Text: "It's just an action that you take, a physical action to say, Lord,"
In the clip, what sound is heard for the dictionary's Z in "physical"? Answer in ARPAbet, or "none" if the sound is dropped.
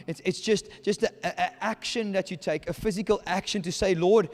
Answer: Z